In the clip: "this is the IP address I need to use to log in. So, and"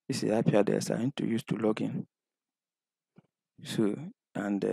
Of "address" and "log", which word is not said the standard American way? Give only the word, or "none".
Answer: address